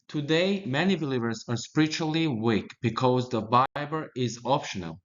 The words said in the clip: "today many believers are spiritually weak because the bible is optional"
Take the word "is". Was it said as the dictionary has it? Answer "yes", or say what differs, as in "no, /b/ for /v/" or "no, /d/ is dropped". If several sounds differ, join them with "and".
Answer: yes